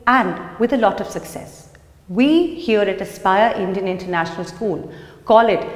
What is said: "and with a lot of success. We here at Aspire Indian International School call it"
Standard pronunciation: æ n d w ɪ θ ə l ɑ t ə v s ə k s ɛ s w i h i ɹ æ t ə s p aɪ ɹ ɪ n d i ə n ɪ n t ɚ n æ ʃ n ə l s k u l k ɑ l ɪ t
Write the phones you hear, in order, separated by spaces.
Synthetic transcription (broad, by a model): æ n d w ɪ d ə l ɑ t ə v s ə k s ɛ s w i h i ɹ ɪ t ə s p aɪ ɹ ɪ n d i ə n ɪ n t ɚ n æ ʃ n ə l s k u l k ɑ l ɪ t